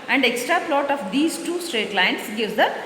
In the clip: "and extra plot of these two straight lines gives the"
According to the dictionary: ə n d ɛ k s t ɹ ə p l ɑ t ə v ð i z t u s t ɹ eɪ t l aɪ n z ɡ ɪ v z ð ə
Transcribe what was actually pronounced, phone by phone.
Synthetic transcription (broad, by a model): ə n d ɛ k s t ɹ ə p l ɑ t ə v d i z t u s t ɹ eɪ t l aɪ n s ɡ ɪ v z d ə